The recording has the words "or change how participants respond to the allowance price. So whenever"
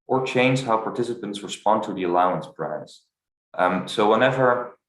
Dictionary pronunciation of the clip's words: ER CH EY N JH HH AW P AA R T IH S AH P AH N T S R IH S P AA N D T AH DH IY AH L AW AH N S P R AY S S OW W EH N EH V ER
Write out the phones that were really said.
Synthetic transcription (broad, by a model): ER CH EY N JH HH AW P AA R T IH S AH P AH N T S R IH S P AA N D T AH DH IY AH L AW AH N S B R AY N S OW W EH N EH V ER